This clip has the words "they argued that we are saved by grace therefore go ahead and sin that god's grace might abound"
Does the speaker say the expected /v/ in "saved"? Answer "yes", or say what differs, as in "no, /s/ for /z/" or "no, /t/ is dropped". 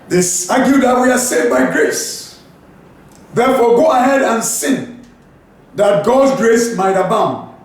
no, /v/ is dropped